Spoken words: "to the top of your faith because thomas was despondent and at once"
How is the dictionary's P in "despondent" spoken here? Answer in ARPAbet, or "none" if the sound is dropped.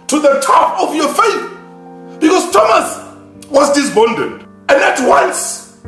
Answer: B